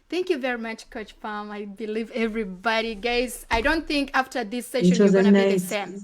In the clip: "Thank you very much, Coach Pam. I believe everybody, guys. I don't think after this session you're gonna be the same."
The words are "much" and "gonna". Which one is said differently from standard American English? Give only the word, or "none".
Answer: gonna